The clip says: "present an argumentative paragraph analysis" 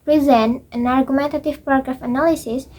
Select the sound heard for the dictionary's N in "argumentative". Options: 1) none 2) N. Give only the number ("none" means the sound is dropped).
2